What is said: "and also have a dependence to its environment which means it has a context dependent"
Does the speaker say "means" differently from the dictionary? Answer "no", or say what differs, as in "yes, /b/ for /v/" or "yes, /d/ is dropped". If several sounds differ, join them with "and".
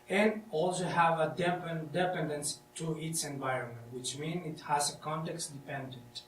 yes, /z/ is dropped